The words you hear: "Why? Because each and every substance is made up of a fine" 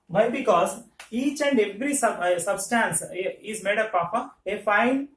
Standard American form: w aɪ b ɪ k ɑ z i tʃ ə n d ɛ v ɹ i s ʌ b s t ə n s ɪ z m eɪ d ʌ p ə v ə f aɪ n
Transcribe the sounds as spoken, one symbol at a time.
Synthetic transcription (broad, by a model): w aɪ b ɪ k ɑ z i tʃ ə n d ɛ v ɹ i s ʌ b s t ə n s ɪ z m eɪ d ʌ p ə p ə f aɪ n